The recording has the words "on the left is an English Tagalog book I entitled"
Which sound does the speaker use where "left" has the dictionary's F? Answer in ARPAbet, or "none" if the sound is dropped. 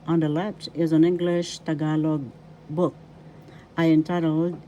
P